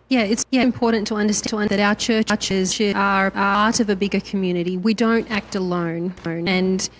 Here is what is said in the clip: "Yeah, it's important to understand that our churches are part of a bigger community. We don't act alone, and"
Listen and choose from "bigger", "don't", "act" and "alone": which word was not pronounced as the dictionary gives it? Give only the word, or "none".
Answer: none